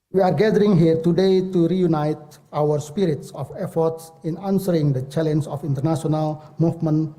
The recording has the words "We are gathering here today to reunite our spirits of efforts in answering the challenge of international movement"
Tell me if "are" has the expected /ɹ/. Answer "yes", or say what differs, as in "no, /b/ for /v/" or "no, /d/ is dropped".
yes